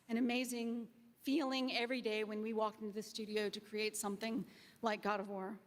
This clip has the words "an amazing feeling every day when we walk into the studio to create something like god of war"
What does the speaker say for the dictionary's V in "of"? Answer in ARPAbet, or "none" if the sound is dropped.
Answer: V